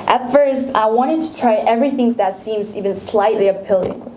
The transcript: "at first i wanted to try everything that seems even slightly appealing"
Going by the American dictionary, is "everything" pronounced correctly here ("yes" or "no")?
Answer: yes